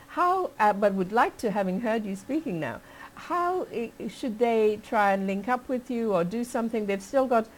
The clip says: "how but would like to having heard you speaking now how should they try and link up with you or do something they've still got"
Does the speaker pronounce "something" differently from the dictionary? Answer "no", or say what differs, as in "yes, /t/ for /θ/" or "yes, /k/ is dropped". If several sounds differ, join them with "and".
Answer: no